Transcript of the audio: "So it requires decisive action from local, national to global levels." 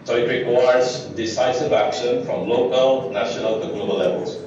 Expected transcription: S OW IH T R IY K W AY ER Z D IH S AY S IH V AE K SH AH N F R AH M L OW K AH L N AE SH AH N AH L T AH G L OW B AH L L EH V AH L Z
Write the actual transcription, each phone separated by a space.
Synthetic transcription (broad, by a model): S OW IH T R IY K W AY ER Z D IH S AY S IH V AE K SH AH N F R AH M L OW K AH L N AE SH AH N AH L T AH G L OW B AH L L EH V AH L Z